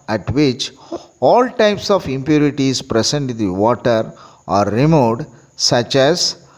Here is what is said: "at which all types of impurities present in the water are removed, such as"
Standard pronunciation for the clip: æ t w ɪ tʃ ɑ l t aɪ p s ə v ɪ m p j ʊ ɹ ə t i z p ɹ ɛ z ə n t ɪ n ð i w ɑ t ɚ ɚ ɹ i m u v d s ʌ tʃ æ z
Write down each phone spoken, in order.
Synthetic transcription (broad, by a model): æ t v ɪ tʃ ɑ l t aɪ p s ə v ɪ m p j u ɹ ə t i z p ɹ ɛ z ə n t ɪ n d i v ɑ t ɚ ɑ ɹ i m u d s ʌ tʃ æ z